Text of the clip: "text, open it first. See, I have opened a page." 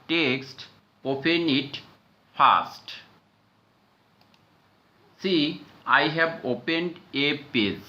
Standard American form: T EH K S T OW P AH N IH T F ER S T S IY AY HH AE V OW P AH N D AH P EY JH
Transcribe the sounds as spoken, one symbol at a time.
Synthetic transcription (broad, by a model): T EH K S T OW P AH N IH T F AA S T S IY AY HH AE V OW P AH N D AH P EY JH